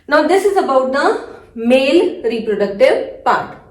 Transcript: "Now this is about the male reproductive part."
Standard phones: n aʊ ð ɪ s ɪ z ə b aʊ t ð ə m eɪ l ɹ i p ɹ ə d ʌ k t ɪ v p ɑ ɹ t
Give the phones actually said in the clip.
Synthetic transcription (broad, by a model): n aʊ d ɪ s ɪ z ə b aʊ t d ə m eɪ l ɹ i p ɹ ə d ʌ k t ɪ v p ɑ ɹ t